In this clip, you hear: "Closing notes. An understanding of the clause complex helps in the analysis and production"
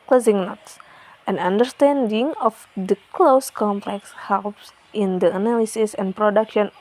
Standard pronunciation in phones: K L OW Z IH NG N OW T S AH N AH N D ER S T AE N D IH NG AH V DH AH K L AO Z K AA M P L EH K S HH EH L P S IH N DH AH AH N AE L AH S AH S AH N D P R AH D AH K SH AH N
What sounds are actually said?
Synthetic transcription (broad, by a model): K L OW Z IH NG N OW T S AH N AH N D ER S T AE N D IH NG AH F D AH K L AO S K AA M P L EH K S HH EH L P S IH N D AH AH N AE L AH S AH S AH N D P R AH D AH K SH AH N